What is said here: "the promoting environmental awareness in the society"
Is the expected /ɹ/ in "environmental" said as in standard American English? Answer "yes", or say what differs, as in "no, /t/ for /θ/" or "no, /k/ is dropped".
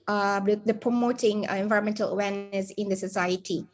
no, /ɹ/ is dropped